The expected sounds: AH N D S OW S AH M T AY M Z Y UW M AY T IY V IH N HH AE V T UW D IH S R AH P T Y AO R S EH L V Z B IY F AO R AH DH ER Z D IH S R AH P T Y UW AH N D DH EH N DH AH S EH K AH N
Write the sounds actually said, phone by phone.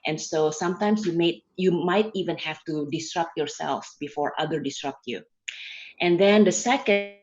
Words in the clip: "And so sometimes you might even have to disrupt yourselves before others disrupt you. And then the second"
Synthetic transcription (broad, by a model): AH N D S OW S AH M T AY M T Y UW M AY T IY V IH N HH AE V T UW D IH S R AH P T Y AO R S EH L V B IY F AO R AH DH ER D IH S R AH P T Y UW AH N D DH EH N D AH S EH K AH